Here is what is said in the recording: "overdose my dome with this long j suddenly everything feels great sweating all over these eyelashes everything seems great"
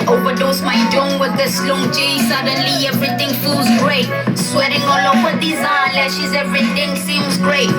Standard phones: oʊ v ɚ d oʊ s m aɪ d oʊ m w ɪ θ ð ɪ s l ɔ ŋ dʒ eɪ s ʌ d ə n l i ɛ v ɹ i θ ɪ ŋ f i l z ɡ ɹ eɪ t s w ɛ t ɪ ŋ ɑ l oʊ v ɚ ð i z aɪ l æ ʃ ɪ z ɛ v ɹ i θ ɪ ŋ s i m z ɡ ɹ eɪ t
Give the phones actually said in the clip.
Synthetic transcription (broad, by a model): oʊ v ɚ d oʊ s m aɪ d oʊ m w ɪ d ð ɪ s l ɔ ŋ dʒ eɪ s ʌ d ə n l i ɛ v ɹ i t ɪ ŋ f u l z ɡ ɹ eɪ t s w ɛ t ɪ ŋ ɑ l oʊ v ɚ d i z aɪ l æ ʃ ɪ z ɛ v ɹ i t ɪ ŋ s i m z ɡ ɹ eɪ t